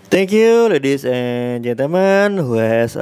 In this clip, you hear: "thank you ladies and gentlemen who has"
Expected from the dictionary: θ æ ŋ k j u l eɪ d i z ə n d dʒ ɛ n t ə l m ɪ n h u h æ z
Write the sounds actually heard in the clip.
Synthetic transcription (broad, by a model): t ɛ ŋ k j u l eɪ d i s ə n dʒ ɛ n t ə m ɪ n h u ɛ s